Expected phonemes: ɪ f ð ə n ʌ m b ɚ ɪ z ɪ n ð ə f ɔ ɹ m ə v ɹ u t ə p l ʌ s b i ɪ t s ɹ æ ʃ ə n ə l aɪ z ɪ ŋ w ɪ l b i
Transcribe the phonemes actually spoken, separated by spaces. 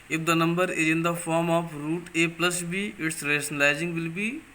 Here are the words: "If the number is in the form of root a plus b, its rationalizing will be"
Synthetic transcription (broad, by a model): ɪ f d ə n ʌ m b ɚ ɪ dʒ ɪ n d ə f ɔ ɹ m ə p ɹ u t ə p l ʌ s b i ɪ t s ɹ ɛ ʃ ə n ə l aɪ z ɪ ŋ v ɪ l b i